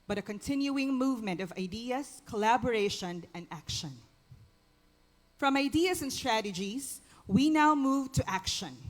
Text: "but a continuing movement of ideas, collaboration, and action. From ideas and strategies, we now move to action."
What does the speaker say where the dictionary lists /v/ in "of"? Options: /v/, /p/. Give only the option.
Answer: /v/